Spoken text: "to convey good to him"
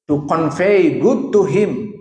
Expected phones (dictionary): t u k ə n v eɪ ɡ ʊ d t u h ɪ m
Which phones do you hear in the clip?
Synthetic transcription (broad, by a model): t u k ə n f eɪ ɡ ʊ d t u h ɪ m